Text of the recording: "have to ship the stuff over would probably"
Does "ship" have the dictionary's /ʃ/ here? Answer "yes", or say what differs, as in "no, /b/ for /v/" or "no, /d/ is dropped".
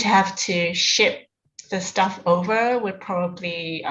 yes